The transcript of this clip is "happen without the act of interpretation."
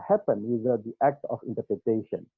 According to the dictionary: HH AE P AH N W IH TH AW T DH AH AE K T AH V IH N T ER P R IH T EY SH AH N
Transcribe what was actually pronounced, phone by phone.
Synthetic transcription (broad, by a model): HH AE P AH N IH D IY T AE K T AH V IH N T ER P R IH T EY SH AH N